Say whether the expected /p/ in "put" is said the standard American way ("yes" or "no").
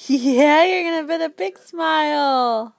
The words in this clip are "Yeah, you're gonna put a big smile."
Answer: no